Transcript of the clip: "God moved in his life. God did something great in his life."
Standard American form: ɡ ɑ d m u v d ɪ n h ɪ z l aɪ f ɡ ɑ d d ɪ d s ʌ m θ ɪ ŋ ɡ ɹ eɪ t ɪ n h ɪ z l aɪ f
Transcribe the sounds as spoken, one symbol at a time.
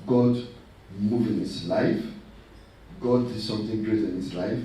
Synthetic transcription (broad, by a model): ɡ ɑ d m u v ɪ n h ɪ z l aɪ f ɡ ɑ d d ɪ d s ʌ m θ ɪ ŋ ɡ ɹ eɪ t ɪ n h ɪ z l aɪ f